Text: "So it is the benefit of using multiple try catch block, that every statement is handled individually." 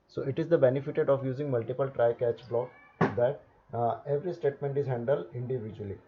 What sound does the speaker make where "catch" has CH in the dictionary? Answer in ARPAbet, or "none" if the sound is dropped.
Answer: CH